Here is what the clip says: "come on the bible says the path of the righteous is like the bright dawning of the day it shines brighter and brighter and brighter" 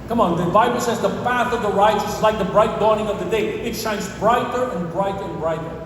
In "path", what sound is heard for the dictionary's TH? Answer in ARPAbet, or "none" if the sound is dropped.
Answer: TH